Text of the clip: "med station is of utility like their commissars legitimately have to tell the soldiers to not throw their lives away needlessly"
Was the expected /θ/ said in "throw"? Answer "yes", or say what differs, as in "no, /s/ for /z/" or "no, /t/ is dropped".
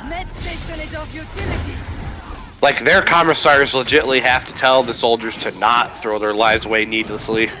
yes